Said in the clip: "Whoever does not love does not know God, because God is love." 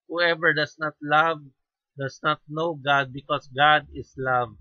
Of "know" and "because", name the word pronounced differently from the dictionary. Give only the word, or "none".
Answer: because